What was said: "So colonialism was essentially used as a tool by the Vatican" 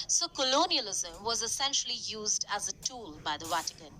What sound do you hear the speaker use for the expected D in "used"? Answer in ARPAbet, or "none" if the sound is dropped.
D